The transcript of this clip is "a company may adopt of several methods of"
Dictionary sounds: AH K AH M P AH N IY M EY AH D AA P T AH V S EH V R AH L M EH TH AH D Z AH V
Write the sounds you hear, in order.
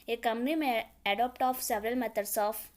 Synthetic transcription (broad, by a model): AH K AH M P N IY M EY AH D AA P T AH F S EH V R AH L M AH T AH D S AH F